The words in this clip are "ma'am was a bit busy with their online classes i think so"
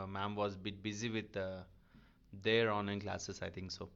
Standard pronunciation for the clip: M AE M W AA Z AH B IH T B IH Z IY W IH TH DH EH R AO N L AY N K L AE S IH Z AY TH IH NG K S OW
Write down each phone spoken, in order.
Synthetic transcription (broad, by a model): M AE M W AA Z AH B IH T B IH Z IY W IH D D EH R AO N AY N K L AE S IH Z AY T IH NG K S OW